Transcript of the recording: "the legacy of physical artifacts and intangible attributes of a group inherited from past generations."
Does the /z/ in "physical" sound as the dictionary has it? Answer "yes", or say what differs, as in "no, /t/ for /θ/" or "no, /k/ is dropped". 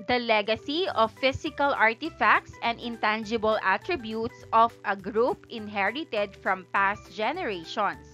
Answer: no, /s/ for /z/